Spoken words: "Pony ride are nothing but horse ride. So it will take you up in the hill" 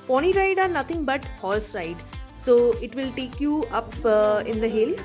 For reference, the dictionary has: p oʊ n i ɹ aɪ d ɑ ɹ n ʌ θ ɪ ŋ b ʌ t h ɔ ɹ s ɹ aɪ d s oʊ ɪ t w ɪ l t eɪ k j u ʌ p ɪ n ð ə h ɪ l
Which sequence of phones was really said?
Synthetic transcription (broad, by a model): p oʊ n i ɹ aɪ d ɑ ɹ n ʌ t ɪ ŋ b ʌ t h ɔ l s ɹ aɪ d s oʊ ɪ t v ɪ l t eɪ k j u ʌ p ɪ n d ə h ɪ l